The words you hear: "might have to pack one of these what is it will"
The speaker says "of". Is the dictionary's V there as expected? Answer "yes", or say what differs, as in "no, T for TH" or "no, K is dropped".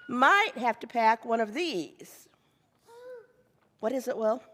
yes